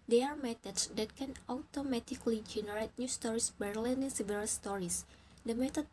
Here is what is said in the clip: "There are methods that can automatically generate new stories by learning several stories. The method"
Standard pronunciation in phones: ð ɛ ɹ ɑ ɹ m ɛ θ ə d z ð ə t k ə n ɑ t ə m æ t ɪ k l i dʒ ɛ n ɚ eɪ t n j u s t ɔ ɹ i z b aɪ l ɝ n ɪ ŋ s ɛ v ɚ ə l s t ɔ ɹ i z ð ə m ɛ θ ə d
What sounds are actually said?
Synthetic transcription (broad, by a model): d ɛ ɑ ɹ m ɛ t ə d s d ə t k ə n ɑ t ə m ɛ t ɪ k l i dʒ ɛ n ɚ eɪ t n j u s t ɔ ɹ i s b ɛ l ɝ n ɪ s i b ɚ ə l s t ɔ ɹ i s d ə m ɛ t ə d